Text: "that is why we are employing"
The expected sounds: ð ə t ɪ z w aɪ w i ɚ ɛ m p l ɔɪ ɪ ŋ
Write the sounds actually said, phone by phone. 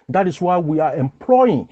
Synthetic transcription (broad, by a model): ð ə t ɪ s w aɪ w i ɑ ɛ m p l ɔɪ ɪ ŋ